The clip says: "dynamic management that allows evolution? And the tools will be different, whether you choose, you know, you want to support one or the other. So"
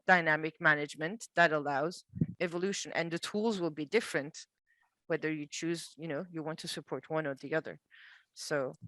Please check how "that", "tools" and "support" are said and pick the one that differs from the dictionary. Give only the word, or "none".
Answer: none